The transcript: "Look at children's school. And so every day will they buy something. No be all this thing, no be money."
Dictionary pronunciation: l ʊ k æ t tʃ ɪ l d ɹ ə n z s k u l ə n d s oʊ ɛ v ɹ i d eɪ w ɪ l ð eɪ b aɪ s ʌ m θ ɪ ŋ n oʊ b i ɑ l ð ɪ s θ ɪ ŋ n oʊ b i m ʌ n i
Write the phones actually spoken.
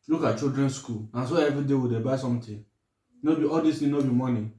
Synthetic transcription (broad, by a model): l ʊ k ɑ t tʃ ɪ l d ɹ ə n s k u l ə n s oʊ ɛ v ɹ i d eɪ w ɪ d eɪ b aɪ s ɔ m t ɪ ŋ n oʊ b i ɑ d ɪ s t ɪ n oʊ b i m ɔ n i